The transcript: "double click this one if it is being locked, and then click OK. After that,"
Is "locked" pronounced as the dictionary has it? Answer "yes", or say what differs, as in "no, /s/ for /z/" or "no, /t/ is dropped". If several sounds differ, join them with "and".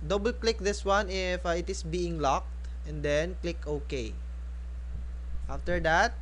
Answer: yes